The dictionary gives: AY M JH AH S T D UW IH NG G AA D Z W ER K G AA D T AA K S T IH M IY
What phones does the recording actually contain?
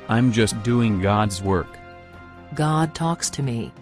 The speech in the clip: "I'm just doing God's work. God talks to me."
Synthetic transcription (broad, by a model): AY M JH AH S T D UW IH NG G AA D Z W ER K G AA D T AA K S T IH M IY